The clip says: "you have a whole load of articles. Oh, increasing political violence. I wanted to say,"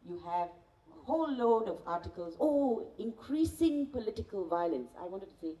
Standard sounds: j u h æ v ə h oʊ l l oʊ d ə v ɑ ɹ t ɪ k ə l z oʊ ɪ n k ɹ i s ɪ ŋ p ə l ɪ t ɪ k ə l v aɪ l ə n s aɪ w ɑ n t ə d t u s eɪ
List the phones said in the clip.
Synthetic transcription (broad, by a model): j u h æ v ə h oʊ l l oʊ d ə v ɑ ɹ t ɪ k ə l z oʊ ɪ n k ɹ i s ɪ ŋ p ə l ɪ t ɪ k ə l v aɪ l ə n s aɪ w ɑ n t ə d t u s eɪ